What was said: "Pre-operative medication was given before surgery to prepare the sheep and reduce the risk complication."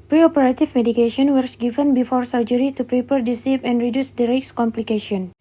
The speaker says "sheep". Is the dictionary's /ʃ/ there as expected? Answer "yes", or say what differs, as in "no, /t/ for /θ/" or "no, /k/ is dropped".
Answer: no, /s/ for /ʃ/